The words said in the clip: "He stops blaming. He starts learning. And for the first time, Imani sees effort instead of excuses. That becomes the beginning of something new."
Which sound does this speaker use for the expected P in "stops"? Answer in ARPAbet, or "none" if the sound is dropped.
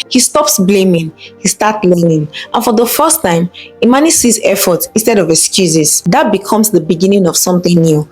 P